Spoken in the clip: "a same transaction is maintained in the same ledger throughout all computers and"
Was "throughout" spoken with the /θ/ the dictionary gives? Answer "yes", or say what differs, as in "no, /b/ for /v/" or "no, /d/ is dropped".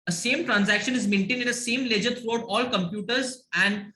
no, /t/ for /θ/